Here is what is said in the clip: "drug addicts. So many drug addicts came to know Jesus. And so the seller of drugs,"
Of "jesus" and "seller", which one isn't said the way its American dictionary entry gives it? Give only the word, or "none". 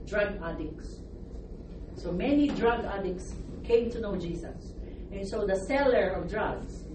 jesus